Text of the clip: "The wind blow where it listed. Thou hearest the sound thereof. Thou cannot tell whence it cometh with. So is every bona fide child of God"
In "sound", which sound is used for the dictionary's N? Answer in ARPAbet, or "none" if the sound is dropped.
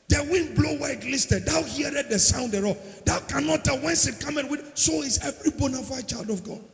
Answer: N